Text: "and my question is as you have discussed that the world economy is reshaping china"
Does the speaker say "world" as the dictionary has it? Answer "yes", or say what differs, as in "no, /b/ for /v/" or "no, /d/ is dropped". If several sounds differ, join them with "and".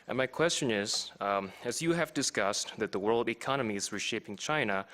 yes